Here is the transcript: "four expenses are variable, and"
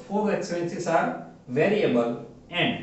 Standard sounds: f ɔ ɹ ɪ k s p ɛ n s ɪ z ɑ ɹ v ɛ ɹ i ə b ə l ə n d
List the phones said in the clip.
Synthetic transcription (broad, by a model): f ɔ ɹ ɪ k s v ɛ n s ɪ s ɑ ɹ v ɛ ɹ i ə b ə l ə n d